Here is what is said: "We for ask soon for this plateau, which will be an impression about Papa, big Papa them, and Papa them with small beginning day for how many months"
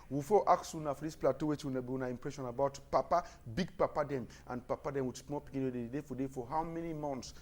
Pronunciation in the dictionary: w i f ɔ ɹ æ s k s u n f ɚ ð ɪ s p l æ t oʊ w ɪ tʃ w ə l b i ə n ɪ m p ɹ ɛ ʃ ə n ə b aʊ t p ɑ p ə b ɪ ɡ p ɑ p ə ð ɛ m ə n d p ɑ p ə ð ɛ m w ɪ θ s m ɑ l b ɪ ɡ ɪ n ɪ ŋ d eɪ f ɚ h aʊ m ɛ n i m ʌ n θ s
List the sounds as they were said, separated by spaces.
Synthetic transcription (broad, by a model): w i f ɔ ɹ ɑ k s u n f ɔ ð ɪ s p l æ t oʊ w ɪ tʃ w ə n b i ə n ɪ m p ɹ ɛ ʃ ə n ə b aʊ t p ɑ p ə b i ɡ p ɑ p ə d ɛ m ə n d p ɑ p ə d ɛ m w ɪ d s m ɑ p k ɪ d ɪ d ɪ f d eɪ f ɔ h aʊ m ɛ n i m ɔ n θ s